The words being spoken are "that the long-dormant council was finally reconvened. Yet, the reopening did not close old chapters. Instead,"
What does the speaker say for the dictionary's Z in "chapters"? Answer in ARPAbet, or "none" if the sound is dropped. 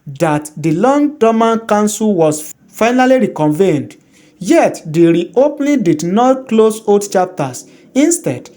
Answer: S